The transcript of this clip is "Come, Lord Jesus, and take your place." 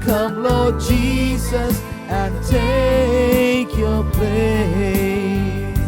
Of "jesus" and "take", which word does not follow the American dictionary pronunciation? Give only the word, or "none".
none